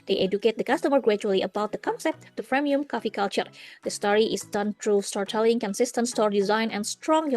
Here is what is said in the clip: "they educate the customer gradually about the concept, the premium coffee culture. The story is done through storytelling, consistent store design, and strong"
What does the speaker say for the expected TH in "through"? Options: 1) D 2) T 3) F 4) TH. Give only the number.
2